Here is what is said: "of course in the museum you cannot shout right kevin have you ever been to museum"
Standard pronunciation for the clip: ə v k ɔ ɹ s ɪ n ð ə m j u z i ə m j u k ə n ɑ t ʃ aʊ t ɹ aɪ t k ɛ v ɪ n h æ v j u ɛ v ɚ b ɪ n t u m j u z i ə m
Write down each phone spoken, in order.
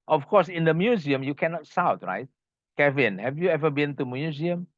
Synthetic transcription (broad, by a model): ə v k ɔ s ɪ n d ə m j u z i ə m j u k ə n ɑ t s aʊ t ɹ aɪ t k ɛ v ɪ n h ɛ v j u ɛ v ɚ b ɪ n t u m j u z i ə m